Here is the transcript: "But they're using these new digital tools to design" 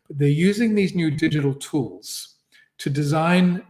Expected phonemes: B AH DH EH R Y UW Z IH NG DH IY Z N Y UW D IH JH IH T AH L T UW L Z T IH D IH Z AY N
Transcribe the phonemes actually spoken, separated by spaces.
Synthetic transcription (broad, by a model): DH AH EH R Y UW Z IH NG DH IY Z N Y UW D IH JH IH T L T UW L Z T IH D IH Z AY N